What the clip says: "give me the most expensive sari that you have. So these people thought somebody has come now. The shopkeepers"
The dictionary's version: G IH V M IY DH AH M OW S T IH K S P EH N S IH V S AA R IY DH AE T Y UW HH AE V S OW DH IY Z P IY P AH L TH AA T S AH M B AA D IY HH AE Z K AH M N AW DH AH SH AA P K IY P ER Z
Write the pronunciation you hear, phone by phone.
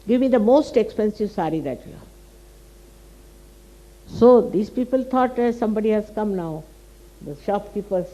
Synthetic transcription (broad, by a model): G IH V M IY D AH M OW S T IH K S P EH N S IH V S AA R IY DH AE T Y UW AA S OW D IY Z P IY P AH L T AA T S AH M B AA D IY HH AE Z K AH M N AW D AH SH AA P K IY P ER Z